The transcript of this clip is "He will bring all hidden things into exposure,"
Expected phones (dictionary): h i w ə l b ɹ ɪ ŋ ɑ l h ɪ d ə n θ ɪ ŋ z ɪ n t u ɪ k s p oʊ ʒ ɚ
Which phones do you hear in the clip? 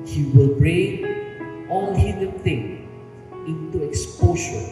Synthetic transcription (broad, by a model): h i w ə l b ɹ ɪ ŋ ɑ l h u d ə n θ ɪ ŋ ɪ n t u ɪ k s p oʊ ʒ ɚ